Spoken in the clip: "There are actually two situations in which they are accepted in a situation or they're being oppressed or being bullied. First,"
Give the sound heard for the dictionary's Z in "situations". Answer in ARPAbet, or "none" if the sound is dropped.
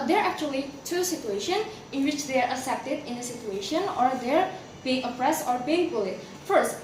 none